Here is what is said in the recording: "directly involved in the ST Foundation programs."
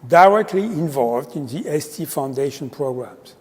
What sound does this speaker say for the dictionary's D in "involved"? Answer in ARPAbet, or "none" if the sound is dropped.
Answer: D